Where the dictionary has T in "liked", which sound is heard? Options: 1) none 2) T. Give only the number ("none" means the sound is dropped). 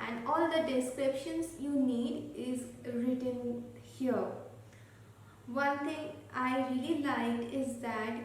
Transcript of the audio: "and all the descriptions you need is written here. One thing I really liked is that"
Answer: 1